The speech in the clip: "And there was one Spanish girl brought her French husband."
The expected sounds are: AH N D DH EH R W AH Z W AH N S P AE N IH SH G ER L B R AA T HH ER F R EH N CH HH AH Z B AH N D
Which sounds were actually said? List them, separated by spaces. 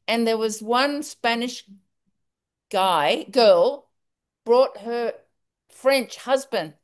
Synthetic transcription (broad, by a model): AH N DH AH R W AH Z W AH N S P AE N IH SH G ER L B R AA T HH ER F R EH N CH HH AH Z B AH N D